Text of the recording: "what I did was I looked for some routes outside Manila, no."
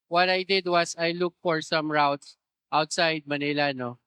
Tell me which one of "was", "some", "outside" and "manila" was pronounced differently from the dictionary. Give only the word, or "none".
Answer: was